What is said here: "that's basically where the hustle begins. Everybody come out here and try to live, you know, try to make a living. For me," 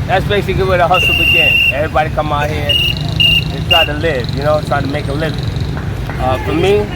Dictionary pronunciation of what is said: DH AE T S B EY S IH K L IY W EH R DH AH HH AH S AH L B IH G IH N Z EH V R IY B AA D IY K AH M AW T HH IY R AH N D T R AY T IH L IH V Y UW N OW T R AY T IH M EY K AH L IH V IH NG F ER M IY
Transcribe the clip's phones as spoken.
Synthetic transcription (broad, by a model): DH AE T S B EY S IH K L IY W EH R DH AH HH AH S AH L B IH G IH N EH V R IY B AA D IY K AH M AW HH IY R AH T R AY T IH L IH V Y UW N OW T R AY T IH M EY K AH L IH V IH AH F ER M IY